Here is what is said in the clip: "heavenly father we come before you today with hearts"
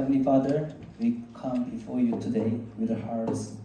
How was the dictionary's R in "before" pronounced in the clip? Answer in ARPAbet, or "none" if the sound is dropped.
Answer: R